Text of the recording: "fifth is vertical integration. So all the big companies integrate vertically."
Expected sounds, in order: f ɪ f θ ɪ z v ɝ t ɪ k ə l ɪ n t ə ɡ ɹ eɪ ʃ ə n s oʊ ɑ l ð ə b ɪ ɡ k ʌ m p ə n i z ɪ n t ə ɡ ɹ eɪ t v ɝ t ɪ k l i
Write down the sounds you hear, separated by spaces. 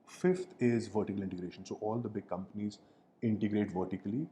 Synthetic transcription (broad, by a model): f ɪ f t ɪ z v ɝ t ɪ k ə l ɪ n t ə ɡ ɹ eɪ ʃ ə n s oʊ ɑ l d ə b ɪ ɡ k ʌ m p ə n i z ɪ n t ə ɡ ɹ eɪ t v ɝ t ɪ k l i